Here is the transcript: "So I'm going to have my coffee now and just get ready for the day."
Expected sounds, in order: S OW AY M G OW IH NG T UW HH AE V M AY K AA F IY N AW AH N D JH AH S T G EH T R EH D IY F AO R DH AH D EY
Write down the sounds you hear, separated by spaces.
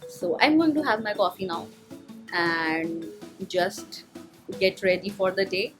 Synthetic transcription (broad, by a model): S OW AY M G OW IH NG T UW HH AE V M AY K AA F IY N AW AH N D JH AH S T G EH T R EH D IY F AO R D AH D EY